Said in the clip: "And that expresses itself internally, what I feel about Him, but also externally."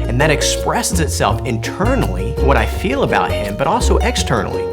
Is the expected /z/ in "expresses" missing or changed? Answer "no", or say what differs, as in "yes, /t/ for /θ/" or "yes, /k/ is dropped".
no